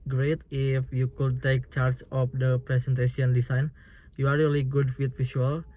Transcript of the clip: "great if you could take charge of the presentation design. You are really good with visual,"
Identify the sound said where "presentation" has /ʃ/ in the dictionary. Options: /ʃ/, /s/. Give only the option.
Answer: /s/